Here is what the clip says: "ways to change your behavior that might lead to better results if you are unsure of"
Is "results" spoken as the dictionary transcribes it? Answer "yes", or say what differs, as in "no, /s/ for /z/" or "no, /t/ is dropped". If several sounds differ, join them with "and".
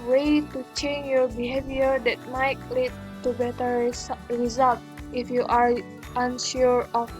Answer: no, /s/ is dropped